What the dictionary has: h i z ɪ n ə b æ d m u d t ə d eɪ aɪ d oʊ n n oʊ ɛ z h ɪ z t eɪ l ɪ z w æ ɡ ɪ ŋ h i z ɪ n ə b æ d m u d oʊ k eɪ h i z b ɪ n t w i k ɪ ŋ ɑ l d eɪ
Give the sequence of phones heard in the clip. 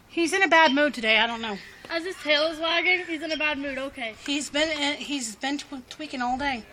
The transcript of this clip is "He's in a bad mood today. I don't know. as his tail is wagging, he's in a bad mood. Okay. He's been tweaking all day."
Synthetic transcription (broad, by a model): h i z ɪ n ə b æ d m u d t ə d eɪ aɪ d oʊ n n oʊ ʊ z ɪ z s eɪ l ɪ z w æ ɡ ɪ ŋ h i z ɪ n ə b æ d m u d oʊ k eɪ h i z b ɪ n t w i k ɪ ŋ ɑ l d eɪ